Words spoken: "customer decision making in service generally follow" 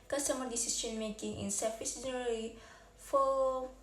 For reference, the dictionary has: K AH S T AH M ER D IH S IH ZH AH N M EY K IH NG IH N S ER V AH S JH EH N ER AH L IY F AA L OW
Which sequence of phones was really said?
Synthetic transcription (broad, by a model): K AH S T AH M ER D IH S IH SH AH N M EY K IH NG IH N S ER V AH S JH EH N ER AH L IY F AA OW